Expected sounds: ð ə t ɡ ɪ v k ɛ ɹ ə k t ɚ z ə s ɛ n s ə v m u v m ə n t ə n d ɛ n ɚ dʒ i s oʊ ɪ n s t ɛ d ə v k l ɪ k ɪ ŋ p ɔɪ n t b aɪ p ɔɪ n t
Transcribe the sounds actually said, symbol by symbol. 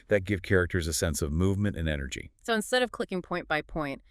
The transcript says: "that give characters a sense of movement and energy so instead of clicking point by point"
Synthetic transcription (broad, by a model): ð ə t ɡ ɪ v k ɛ ɹ ə k t ɚ z ə s ɛ n s ə v m u v m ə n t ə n ɛ n ɚ dʒ i s oʊ ɪ n s t ɛ d ə v k l ɪ k ɪ ŋ p ɔɪ n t b aɪ p ɔɪ n t